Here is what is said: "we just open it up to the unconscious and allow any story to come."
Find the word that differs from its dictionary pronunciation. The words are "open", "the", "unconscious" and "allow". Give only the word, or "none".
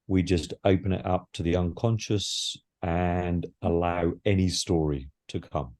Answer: none